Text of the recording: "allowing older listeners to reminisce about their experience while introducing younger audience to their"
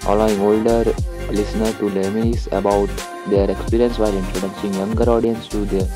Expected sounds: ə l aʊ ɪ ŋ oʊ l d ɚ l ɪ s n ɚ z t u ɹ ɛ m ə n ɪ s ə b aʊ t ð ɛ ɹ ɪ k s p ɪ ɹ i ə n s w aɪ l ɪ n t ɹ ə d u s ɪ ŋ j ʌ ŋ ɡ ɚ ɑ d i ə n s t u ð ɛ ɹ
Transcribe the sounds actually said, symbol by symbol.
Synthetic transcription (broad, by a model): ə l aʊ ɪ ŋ oʊ l d ɚ l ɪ s n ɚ t u l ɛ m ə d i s ə b aʊ t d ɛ ɹ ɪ k s p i ɹ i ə n s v aɪ l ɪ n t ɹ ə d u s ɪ ŋ j ʌ ŋ ɡ ɚ ɑ d i ə n s t u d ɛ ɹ